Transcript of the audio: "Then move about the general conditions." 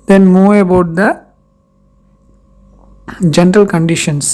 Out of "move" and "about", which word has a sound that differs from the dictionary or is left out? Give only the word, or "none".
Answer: move